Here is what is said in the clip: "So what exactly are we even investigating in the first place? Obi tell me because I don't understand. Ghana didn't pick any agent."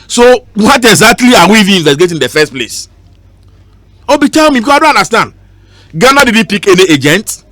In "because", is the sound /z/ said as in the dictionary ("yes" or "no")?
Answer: no